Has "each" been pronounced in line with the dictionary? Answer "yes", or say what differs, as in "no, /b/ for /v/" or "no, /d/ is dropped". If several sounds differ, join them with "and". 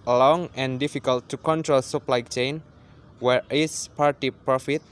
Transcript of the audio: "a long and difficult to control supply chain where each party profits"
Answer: no, /s/ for /tʃ/